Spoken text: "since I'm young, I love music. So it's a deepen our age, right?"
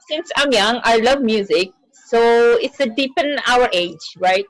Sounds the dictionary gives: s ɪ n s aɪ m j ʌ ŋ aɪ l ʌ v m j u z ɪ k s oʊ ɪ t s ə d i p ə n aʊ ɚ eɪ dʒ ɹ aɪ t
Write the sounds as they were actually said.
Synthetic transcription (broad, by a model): s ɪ n s aɪ m j ʌ ŋ aɪ l ʌ v m j u z ɪ k s oʊ ɪ t s ə d i p ə n aʊ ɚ eɪ dʒ ɹ aɪ t